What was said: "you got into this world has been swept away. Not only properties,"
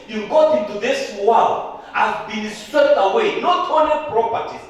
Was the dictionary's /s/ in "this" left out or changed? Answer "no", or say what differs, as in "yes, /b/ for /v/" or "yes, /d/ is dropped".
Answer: no